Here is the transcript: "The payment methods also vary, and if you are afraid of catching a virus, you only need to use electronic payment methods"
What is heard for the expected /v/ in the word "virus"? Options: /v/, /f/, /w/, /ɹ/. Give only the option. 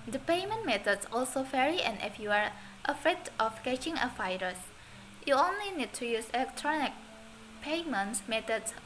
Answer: /f/